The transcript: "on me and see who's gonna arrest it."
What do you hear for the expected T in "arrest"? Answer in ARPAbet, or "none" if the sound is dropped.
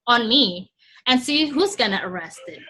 T